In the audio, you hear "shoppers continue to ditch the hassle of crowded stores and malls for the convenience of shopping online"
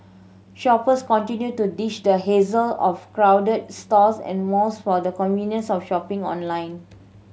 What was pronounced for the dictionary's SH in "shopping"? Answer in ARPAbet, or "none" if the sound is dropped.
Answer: SH